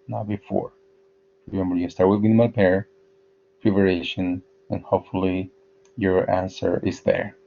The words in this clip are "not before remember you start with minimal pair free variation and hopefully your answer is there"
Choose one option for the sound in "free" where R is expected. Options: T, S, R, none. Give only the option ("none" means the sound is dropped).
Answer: none